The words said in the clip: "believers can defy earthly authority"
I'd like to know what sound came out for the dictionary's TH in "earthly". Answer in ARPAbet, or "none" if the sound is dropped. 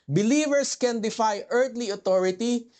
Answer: T